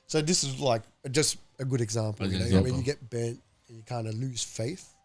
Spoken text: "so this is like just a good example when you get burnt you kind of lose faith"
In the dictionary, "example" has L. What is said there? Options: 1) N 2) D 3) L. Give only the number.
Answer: 1